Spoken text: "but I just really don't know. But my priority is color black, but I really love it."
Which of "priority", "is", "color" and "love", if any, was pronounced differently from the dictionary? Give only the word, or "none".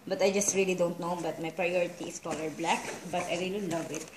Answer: is